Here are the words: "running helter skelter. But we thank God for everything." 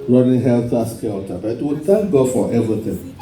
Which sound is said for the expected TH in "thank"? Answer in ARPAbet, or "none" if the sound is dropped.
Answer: T